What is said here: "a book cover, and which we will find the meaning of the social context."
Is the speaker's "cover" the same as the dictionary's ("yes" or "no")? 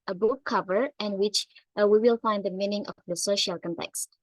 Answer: yes